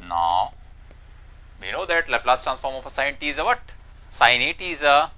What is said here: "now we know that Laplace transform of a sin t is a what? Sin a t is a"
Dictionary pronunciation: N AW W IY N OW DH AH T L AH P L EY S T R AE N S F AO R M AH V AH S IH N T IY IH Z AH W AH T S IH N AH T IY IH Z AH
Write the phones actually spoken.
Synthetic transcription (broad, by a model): N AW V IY N OW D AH T L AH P L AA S T R AE N S F AO R M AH F AH S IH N T IY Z AH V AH T S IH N AH T IY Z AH